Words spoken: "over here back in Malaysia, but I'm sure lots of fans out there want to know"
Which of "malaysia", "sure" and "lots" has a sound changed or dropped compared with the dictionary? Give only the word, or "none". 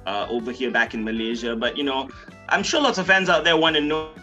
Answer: none